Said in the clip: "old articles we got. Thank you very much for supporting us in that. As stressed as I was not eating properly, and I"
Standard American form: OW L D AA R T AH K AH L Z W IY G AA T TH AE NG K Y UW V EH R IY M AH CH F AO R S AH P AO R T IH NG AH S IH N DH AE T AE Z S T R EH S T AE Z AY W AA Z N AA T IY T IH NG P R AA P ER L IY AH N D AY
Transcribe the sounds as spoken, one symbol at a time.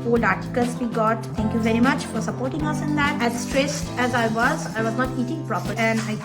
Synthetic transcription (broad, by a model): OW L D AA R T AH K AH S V IY G AA T T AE NG K Y UW V EH R IY M AH CH F AO R S AH P AO R T IH NG AH S IH N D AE T AE Z S T R EH S T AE Z AY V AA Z N AA T IY T IH NG P R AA P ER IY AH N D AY